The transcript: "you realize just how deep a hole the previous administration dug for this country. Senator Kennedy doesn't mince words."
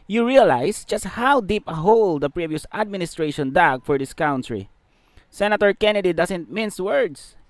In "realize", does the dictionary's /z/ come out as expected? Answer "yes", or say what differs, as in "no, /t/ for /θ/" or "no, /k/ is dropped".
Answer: no, /s/ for /z/